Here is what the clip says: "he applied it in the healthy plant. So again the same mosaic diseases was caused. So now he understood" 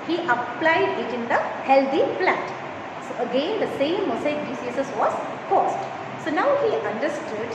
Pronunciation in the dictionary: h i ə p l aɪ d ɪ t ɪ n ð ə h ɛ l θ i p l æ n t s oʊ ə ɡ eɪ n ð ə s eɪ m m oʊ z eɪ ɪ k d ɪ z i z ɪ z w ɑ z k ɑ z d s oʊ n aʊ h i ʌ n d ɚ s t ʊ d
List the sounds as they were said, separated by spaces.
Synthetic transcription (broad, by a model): h i ə p l aɪ d ɪ t ɪ n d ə h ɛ l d i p l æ t s oʊ ə ɡ eɪ n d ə s eɪ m m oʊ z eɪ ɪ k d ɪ s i s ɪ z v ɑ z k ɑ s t s oʊ n aʊ h i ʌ n d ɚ s t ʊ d